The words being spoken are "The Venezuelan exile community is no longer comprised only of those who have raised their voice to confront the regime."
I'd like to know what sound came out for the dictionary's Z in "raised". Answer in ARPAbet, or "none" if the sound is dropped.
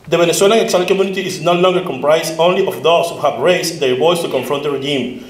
S